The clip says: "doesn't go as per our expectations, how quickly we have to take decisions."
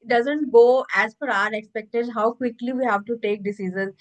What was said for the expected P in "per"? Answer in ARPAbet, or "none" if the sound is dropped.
F